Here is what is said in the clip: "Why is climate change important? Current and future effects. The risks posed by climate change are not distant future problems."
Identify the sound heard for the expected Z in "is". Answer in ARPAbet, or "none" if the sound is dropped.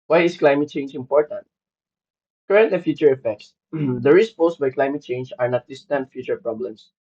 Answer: S